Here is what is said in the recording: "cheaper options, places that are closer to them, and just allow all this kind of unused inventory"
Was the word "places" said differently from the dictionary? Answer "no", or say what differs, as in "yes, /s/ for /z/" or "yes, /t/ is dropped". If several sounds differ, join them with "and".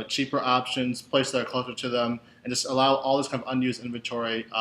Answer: yes, /s/ is dropped and /s/ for /z/